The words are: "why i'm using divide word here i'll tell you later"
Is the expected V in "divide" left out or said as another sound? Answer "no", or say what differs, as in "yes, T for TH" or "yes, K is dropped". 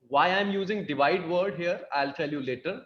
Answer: no